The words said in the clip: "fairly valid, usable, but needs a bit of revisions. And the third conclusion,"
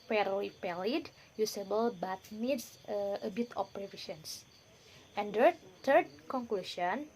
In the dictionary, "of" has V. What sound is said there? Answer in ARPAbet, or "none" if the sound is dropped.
P